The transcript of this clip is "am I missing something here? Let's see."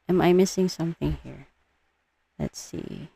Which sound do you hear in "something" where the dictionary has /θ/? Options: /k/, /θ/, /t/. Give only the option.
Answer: /θ/